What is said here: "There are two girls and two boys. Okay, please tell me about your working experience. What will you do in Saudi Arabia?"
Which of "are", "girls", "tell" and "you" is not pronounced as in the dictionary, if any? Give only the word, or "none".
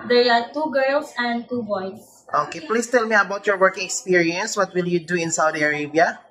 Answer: girls